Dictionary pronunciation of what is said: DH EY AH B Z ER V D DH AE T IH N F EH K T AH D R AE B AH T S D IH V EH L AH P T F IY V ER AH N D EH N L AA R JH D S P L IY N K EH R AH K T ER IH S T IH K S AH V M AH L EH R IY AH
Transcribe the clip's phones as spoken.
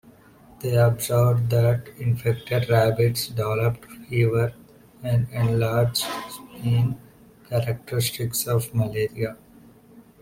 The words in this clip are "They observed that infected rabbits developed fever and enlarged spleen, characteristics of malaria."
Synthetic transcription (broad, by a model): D EY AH B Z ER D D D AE T IH N F EH K T AH D R AE B AH T S D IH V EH L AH P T F IY V ER AH N D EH N L AA R JH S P IY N K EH R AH K T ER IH S T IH K S AH V M AH L EH R IY AH